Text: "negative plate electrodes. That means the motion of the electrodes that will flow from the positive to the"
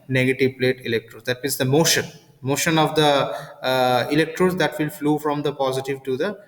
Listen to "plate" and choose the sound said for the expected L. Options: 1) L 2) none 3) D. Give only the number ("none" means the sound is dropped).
1